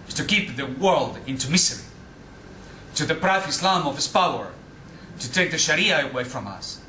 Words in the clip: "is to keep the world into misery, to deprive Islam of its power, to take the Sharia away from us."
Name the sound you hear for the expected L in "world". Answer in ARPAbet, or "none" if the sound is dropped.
L